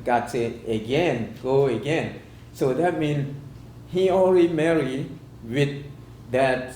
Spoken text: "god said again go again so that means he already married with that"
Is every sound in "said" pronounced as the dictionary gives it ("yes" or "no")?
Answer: no